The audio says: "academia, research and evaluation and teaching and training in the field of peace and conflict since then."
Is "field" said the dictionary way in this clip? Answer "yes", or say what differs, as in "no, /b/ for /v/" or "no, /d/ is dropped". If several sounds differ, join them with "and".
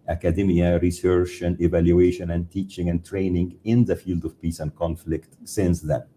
yes